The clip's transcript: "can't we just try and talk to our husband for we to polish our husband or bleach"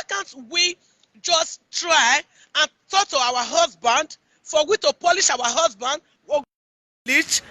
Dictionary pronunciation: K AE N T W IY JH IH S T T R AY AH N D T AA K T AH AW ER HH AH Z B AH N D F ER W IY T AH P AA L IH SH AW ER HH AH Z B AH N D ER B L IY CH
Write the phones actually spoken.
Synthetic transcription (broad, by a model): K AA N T W IY JH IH S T T R AY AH N T AA K T AH AW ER HH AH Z B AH N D F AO W IY T AH P AA L IH SH AW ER HH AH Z B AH N D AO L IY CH